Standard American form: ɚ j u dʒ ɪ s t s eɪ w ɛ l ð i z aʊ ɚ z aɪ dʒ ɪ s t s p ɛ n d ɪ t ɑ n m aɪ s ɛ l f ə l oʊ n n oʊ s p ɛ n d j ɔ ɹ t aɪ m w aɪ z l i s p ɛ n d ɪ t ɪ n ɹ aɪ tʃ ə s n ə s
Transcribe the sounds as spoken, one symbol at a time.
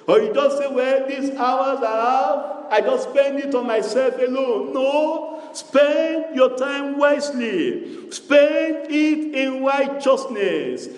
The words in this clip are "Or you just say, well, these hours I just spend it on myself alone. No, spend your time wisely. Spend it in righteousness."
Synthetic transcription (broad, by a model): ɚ j u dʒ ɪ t s eɪ w ɛ l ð i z aʊ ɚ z aɪ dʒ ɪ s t s p ɛ n d ɪ t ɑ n m aɪ s ɛ l f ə l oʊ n n oʊ s p ɛ n d j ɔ t aɪ m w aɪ s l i s p ɛ n d ɪ t ɪ n ɹ aɪ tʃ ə s n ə s